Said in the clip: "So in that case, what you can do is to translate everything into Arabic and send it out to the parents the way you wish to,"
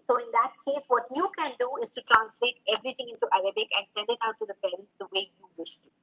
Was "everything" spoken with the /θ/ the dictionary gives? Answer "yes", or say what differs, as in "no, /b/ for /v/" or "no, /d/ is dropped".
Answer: no, /t/ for /θ/